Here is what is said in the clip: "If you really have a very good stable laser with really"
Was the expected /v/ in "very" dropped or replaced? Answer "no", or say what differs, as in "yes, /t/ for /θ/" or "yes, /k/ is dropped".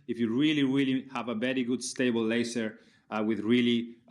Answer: yes, /b/ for /v/